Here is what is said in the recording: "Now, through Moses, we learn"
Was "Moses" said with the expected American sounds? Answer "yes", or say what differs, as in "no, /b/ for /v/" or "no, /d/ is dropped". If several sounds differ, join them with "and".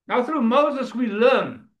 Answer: yes